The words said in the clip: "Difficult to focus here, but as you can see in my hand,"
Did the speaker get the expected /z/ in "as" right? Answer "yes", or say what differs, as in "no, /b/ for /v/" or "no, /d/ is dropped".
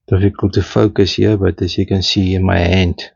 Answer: no, /s/ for /z/